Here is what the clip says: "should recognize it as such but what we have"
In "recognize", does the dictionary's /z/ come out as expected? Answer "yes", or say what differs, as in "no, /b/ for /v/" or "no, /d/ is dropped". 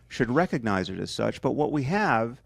yes